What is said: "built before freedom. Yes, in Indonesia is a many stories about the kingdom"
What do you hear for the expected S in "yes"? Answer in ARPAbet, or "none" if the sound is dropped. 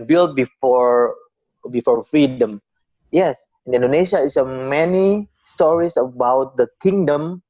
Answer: S